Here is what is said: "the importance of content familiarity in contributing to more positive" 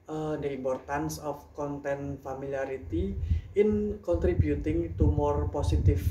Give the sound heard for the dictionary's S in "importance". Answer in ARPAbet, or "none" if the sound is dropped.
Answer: S